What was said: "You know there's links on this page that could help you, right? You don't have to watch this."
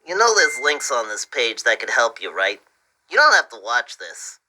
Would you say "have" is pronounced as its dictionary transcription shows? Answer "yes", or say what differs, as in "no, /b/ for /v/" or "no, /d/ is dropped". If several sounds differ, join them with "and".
no, /f/ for /v/